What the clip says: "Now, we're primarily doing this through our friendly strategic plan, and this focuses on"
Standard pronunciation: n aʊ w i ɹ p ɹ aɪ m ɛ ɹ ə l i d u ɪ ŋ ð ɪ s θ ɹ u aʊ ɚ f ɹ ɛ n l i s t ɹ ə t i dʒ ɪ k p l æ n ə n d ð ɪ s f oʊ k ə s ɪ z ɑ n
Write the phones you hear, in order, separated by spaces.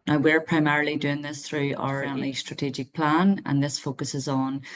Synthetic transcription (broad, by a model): n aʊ w i ɹ p ɹ aɪ m ɛ ɹ ə l i d u ɪ ŋ ð ɪ s θ ɹ u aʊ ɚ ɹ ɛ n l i s t ɹ ə t i dʒ ɪ k p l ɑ n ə n ð ɪ s f oʊ k ə s ɪ z n